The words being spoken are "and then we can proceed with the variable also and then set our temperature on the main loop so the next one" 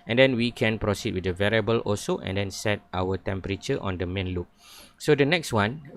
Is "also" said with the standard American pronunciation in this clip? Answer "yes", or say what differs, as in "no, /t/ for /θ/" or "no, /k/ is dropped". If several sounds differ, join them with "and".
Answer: no, /l/ is dropped